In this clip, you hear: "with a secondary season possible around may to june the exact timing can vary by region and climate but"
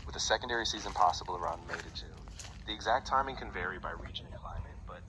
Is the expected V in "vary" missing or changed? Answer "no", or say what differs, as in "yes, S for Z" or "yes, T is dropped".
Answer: no